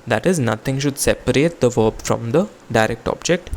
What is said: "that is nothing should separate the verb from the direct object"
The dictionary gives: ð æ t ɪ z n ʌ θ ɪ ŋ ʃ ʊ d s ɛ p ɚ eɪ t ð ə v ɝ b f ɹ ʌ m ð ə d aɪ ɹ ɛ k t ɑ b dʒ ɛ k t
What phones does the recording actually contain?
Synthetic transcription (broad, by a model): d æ t ɪ z n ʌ t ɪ ŋ ʃ ʊ d s ɛ p ɚ eɪ t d ə v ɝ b f ɹ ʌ m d ə d aɪ ɹ ɛ k t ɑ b dʒ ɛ k t